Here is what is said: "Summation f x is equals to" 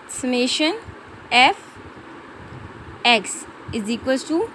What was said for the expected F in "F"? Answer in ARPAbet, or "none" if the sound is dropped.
F